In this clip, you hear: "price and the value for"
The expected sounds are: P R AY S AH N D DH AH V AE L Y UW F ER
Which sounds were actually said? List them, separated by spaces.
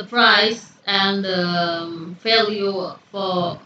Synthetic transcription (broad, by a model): P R AY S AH N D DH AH F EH L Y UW F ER